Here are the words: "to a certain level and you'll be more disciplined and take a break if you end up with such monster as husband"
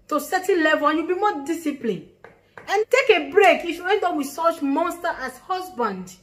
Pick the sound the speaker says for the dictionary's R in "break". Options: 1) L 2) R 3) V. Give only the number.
2